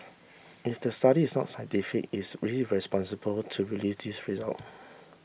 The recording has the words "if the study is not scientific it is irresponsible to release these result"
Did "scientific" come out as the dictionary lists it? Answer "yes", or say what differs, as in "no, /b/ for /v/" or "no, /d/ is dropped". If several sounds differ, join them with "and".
no, /n/ is dropped